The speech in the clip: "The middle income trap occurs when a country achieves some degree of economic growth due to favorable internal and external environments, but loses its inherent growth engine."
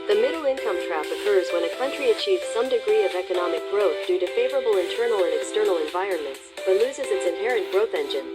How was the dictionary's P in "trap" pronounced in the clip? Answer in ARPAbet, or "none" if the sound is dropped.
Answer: F